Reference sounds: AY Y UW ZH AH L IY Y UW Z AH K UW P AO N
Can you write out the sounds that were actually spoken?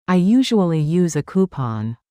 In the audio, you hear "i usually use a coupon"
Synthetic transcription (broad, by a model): AY Y UW ZH AH L IY Y UW Z AH K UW P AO N